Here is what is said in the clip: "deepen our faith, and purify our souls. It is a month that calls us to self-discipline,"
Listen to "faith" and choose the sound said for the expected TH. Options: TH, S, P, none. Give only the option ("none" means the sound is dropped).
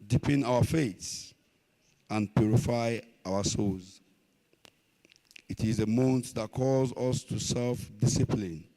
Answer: S